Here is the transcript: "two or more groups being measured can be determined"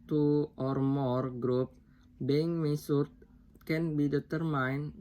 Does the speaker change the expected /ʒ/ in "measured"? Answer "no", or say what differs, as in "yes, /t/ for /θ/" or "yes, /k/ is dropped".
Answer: yes, /s/ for /ʒ/